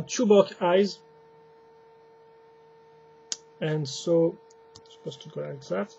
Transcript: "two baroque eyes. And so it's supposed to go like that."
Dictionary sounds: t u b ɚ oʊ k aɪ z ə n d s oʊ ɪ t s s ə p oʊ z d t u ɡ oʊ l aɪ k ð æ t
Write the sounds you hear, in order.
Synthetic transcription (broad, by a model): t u b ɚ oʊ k aɪ z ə n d s oʊ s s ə p oʊ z t u ɡ oʊ l aɪ k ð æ t